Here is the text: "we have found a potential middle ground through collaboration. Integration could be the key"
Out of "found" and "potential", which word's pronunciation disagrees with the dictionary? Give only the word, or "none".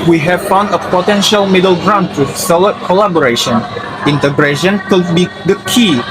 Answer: none